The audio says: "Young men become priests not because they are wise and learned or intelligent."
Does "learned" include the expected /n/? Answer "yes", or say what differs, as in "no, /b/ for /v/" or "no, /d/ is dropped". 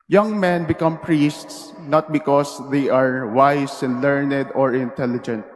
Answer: yes